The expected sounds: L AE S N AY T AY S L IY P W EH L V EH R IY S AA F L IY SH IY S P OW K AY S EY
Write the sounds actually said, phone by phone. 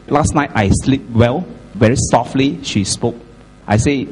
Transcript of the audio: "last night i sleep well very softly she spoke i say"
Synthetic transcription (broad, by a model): L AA S N AY T AY S L IY P W EH L V EH R IY S AA F L IY SH IY S P OW K AY S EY